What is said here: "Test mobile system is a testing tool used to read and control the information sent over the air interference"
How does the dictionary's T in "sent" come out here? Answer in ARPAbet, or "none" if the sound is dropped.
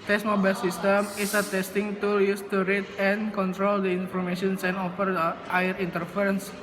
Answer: none